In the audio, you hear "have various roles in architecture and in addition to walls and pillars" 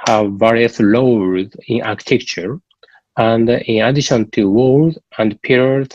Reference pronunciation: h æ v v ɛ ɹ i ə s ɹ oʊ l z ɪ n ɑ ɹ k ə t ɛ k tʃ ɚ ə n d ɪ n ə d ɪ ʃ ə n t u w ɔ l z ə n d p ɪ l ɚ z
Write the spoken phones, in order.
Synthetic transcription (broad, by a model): h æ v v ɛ ɹ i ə s l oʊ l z ɪ n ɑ ɹ k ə t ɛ k tʃ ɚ ə n d ɪ n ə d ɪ ʃ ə n t u w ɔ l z ə n d p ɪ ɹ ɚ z